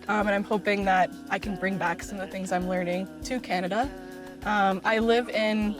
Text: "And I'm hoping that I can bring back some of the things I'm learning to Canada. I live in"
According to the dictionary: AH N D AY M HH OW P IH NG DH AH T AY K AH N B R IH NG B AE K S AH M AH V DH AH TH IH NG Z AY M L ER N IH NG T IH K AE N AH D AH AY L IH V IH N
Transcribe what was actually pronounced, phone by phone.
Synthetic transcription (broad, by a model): AH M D AY M HH OW P IH NG DH AH T AY K N B R IH NG B AE K S AH M AH V DH AH TH IH NG Z AY M L ER N IH NG T IH K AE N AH D AH AY L IH V IH N